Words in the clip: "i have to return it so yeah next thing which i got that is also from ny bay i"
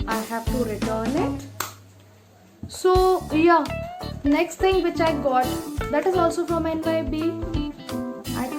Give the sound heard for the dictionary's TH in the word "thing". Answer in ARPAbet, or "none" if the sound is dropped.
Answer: T